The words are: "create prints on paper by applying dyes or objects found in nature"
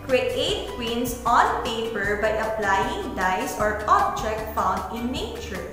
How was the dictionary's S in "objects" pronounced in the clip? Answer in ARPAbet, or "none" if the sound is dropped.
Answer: none